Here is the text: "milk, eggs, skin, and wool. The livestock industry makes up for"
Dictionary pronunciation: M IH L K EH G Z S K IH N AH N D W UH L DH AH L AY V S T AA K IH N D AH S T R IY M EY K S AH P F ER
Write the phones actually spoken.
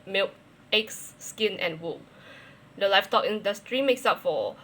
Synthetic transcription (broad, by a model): M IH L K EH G S K IH N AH N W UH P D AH L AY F T AA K IH N D AH S T R IY M EY K S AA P F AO